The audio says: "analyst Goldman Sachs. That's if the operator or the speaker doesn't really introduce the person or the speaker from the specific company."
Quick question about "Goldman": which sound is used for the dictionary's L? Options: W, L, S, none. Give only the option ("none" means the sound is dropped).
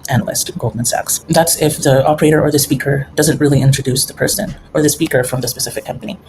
L